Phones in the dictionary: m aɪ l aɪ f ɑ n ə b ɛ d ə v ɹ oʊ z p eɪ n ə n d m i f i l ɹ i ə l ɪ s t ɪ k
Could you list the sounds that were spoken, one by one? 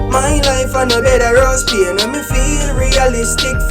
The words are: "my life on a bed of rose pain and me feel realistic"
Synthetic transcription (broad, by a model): m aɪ l aɪ f ɑ n ə b ɛ d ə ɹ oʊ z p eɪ ə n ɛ m i f i l ɹ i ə l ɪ s t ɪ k